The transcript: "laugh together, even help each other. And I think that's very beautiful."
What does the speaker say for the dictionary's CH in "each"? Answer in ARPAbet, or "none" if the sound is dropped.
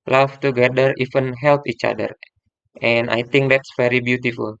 CH